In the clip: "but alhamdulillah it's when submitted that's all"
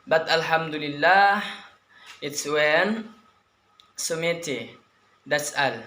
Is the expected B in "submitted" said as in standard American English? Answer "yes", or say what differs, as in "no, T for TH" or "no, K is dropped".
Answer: no, B is dropped